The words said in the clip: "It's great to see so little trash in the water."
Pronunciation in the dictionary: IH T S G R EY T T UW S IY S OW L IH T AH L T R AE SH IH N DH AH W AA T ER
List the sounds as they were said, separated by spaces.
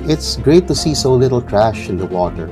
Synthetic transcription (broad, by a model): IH T S G R EY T T UW S IY S OW L IH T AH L T R AE SH IH N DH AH W AA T ER